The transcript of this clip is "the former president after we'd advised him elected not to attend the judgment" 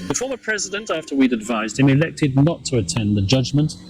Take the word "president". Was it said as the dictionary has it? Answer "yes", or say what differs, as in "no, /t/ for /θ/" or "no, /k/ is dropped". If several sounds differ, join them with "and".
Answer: yes